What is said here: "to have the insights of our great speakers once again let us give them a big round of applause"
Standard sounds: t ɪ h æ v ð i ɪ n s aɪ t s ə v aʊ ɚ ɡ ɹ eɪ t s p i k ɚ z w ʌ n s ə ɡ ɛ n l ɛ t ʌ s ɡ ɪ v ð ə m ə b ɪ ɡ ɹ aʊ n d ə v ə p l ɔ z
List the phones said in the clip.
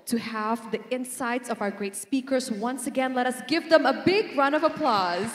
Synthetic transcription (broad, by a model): t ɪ h æ v ð i ɪ n s aɪ t s ə v aʊ ɚ ɡ ɹ eɪ t s p i k ɚ z w ʌ n s ə ɡ ɛ n l ɛ t ʌ s ɡ ɪ v ð ə m ə b ɪ ɡ ɹ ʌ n ə v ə p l ɔ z